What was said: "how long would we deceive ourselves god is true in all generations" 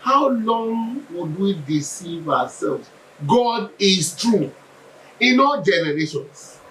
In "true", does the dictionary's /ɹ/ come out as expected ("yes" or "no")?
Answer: yes